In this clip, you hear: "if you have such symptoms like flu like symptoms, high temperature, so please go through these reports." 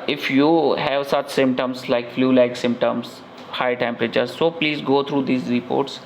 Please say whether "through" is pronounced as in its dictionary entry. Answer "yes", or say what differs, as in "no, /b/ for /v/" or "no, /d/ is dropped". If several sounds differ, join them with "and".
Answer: no, /t/ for /θ/